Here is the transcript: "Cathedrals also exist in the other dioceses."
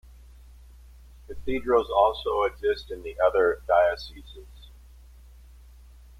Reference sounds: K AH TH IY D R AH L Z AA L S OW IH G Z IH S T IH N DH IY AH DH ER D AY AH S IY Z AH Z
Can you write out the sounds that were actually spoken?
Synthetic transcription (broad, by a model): K AH TH IY D R AH L Z AA L S OW IH G Z IH S T IH N DH IY AH DH ER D AY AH S IY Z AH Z